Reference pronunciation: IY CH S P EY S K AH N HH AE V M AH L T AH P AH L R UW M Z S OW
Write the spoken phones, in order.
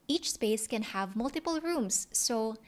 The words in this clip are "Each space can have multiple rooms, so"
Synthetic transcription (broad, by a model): IY CH S P EY S K AH N HH AE V M AH L T AH P AH L R UW M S OW